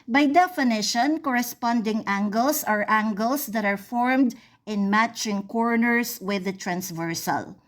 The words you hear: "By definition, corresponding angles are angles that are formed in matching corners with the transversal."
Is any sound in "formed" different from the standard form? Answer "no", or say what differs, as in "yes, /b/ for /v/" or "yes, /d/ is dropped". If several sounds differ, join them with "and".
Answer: no